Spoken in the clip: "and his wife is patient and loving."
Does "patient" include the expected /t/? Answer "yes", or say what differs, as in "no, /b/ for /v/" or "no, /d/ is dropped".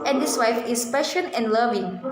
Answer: no, /t/ is dropped